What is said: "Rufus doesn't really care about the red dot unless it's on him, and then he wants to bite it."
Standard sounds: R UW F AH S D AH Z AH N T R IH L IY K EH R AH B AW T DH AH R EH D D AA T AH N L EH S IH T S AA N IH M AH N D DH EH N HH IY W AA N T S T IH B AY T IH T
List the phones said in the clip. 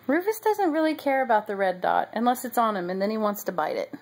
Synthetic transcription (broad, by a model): R UW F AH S D AH Z AH N T R IH L IY K EH R AH B AW T DH AH R EH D D AA T AH N L EH S IH T S N IH M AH N DH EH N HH IY W AA N T S T IH B AY T IH T